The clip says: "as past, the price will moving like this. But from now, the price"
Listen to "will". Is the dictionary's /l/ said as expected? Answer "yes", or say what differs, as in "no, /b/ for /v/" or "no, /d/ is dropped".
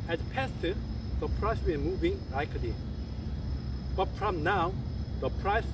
no, /n/ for /l/